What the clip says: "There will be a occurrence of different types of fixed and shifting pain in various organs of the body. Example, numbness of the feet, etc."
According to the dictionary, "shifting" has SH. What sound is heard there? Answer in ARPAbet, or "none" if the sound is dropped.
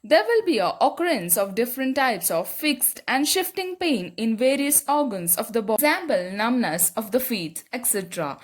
SH